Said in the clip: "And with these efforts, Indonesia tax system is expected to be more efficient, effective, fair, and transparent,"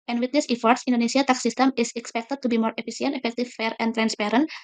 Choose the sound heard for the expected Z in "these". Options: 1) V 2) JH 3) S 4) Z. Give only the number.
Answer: 3